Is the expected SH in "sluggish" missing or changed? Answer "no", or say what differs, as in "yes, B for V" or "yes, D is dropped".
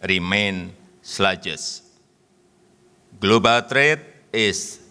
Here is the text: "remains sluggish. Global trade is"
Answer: yes, S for SH